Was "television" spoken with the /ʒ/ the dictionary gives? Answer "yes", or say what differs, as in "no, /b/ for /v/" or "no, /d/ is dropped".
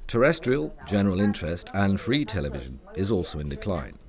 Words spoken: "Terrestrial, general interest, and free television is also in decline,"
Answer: yes